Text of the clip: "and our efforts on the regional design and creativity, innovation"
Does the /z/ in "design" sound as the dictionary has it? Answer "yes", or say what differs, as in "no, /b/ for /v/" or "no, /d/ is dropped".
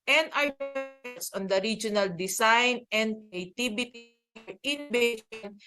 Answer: no, /s/ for /z/